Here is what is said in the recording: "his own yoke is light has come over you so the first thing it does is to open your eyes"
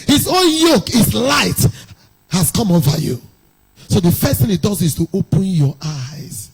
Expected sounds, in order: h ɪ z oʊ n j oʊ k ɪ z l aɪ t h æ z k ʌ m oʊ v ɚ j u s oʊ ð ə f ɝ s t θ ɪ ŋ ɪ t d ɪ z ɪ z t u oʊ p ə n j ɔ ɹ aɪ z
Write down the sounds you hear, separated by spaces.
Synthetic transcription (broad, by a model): h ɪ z oʊ n j oʊ k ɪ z l aɪ t h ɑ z k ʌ m oʊ v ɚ j u s oʊ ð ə f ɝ s t θ ɪ ŋ ɪ t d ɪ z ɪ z t u oʊ p ə n j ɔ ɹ aɪ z